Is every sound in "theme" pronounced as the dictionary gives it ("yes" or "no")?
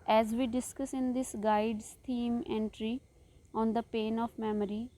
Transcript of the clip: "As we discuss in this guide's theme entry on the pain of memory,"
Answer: no